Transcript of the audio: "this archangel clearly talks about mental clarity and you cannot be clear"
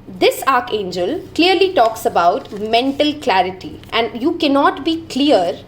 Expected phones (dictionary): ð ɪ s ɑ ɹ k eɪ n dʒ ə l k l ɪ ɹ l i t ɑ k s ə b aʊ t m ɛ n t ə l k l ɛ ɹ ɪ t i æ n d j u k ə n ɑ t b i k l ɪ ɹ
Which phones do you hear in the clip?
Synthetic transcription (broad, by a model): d ɪ s ɑ ɹ k eɪ n dʒ ə l k l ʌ ɹ l i t ɑ k s ə b aʊ t m ɛ n t ə l k l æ ɹ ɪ t i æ n d j u k ə n ɑ t b i k l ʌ ɹ